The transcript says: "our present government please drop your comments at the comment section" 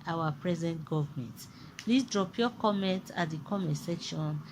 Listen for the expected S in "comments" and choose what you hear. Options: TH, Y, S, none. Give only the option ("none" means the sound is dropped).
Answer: none